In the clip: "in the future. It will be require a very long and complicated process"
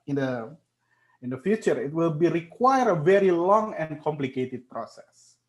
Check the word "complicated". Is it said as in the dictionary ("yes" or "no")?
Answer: yes